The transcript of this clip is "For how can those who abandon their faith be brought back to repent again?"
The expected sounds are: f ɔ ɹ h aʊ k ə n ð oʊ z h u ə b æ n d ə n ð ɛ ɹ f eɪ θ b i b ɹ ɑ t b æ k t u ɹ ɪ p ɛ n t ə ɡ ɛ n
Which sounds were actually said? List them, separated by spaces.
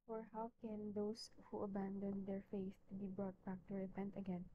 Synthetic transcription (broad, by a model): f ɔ ɹ h aʊ k ə n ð oʊ s h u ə b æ n d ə n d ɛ ɹ f eɪ t b i b ɹ ɑ t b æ k t u ɹ ɪ p ɛ n t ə ɡ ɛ n